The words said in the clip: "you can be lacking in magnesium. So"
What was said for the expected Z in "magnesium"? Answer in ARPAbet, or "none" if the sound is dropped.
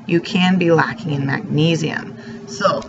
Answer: Z